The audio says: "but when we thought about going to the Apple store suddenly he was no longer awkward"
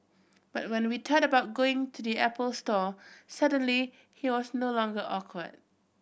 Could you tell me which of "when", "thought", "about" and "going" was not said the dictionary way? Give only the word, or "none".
thought